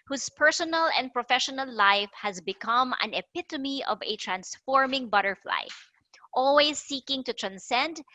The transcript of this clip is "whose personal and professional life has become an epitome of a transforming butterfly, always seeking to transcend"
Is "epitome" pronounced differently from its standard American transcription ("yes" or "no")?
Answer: no